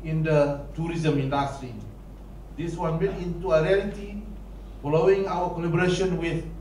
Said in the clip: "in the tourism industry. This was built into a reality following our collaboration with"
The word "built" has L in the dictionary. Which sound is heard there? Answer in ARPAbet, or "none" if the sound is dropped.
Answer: none